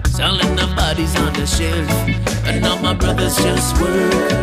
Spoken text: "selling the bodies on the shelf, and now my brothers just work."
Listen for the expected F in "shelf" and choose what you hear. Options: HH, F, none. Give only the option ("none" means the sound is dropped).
none